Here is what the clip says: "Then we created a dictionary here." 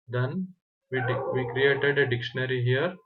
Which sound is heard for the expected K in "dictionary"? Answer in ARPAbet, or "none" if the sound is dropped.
K